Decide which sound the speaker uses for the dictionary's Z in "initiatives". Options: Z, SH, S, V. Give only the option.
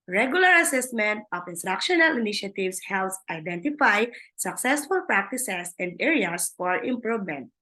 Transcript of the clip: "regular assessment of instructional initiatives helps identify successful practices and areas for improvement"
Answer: S